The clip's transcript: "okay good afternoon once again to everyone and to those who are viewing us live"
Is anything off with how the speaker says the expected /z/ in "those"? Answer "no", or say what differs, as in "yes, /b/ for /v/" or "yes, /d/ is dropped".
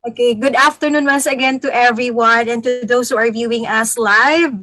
yes, /s/ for /z/